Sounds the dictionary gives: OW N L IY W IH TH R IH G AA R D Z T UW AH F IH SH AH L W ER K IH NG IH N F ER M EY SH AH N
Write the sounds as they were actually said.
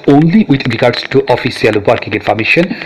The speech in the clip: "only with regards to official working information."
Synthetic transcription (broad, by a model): OW N L IY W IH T R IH G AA R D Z T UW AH F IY S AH L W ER K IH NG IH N F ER M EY SH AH N